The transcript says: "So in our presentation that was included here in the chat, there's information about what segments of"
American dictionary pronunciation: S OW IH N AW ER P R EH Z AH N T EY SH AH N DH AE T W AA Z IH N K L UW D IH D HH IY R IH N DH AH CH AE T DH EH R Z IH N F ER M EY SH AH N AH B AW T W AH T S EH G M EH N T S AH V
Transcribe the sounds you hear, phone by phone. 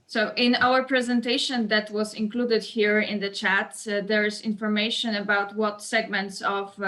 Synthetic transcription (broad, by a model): S OW IH N AW ER P R EH Z AH N T EY SH AH N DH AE T W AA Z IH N K L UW D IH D HH IY R IH N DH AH CH AE T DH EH R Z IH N F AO M EY SH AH N AH B AW T W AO T S EH G M EH N T S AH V